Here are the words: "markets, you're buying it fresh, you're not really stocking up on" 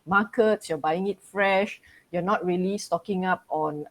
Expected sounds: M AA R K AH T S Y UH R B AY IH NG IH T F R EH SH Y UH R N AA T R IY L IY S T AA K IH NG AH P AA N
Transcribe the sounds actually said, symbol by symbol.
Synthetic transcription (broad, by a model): M AA K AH T S Y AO B AY IH NG IH T F R EH SH Y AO N AA T R IY L IY S T AA K IH NG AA P AA N